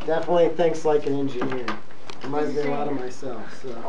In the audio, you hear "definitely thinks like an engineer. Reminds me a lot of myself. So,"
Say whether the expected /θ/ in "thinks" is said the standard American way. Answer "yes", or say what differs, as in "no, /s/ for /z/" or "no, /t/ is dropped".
yes